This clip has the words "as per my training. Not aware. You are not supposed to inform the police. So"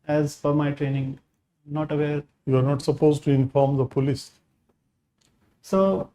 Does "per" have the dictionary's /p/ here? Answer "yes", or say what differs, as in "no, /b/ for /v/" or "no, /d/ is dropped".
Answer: no, /f/ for /p/